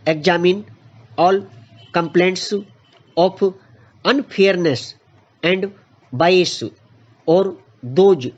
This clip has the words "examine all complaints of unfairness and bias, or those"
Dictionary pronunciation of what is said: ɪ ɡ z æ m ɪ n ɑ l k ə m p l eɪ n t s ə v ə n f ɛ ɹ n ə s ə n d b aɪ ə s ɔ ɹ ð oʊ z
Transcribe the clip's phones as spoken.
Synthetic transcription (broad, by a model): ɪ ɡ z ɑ m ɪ n ɑ l k ə m p l eɪ n t s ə p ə n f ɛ ɹ n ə s ə n d b aɪ ə s ɔ ɹ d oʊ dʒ